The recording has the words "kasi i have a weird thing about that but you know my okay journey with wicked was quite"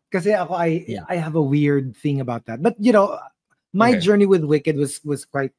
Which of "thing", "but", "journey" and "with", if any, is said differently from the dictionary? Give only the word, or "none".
none